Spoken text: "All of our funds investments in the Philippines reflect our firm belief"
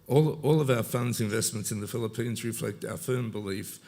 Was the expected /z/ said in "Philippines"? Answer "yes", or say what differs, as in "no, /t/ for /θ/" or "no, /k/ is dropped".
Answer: yes